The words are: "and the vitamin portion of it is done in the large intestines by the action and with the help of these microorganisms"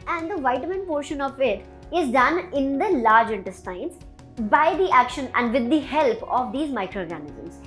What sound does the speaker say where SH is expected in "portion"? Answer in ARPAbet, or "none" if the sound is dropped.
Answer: SH